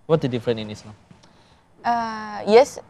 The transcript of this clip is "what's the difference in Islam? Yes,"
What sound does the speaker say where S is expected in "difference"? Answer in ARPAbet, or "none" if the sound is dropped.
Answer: none